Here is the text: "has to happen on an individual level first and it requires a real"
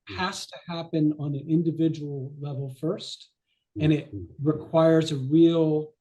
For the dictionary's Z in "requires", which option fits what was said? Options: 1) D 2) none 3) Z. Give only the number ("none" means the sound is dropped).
3